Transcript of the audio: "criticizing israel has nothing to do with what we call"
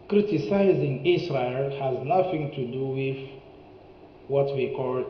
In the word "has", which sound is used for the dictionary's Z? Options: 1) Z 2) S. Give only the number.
1